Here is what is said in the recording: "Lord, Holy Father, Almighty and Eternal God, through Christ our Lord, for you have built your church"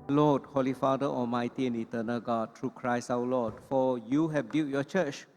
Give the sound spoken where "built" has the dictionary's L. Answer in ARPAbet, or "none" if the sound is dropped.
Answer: none